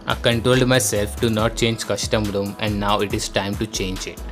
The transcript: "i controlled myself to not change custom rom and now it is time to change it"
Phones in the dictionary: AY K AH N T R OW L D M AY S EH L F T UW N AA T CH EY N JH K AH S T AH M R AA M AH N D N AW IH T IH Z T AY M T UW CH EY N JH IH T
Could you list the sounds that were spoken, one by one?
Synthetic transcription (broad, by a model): AY K AH N T R OW L D M AY S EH L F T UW N AA T CH EY N JH K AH SH T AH M R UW M AH N D N AW IH T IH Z T AY M T UW CH EY N JH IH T